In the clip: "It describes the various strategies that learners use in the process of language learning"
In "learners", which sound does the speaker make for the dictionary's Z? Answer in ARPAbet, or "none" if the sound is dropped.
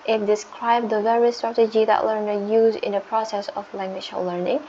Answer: none